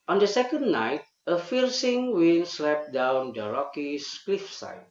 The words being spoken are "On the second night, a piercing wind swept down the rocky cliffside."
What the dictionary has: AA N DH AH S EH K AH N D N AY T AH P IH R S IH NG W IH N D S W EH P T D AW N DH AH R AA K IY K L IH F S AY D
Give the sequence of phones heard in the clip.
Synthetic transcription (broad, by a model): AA N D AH S EH K AH N D N AY T AH F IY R S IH NG W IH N S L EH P D AW N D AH R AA K IY K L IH F S AY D